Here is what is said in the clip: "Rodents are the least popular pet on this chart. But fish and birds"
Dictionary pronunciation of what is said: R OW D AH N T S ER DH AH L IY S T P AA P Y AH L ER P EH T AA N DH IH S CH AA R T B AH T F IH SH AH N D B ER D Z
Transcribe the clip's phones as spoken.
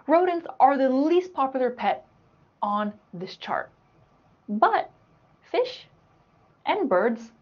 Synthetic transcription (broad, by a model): R OW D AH N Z ER DH AH L IY S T P AA P Y L ER P EH T N DH IH S CH AA R T B AH T F IH SH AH N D B ER D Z